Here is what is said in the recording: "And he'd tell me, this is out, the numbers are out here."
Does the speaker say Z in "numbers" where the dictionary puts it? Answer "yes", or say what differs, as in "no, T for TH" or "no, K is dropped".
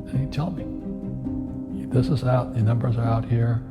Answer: yes